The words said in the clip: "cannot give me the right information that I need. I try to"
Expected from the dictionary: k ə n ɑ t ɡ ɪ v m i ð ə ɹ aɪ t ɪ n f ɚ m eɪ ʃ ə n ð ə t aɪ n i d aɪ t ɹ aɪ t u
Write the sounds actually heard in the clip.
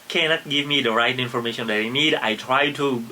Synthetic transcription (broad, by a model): k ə n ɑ t ɡ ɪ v m i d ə ɹ aɪ t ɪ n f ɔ m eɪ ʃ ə n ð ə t aɪ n i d aɪ t ɹ aɪ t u